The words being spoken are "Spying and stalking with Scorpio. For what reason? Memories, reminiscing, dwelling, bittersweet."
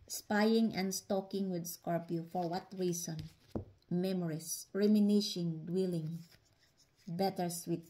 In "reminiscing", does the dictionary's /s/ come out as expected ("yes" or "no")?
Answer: no